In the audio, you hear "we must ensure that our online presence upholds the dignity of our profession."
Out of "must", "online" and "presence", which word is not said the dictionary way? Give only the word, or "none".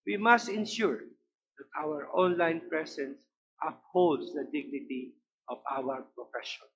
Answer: presence